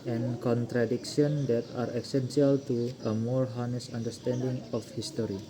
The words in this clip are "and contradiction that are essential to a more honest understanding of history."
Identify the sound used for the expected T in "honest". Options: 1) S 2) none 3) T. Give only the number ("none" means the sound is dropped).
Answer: 2